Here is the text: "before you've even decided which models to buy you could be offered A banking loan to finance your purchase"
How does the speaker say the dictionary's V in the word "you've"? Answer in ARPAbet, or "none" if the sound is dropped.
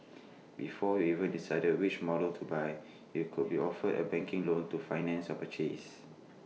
none